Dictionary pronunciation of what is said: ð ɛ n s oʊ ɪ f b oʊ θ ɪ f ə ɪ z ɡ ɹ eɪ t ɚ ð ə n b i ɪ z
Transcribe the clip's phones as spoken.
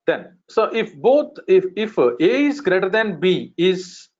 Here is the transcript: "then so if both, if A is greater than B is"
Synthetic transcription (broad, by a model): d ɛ n s oʊ ɪ f b oʊ f ɪ f ə ɪ z ɡ ɹ eɪ t ɚ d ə n b i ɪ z